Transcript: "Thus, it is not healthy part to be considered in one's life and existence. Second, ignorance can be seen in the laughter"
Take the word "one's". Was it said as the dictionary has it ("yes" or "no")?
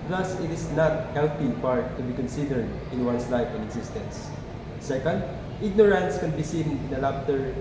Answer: no